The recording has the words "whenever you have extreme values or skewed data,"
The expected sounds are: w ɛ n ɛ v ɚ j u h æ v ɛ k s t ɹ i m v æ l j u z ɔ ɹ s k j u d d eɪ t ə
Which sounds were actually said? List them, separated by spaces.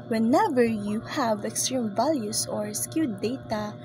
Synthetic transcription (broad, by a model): w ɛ n ɛ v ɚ j u h æ v ɛ k s t ɹ i m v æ l j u s ɔ ɹ s k j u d d eɪ t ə